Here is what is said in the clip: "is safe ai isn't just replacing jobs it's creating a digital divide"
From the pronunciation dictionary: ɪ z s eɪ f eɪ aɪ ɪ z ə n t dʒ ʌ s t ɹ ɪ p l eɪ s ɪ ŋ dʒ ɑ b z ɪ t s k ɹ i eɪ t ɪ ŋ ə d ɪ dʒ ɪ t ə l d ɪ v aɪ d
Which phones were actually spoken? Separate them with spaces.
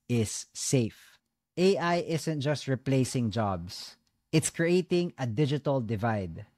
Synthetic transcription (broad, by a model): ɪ s eɪ f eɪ aɪ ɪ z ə n t dʒ ʌ s t ɹ ɪ p l eɪ s ɪ ŋ dʒ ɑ b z ɪ t s k ɹ i eɪ t ɪ ŋ ə d ɪ dʒ ɪ t ə l d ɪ v aɪ d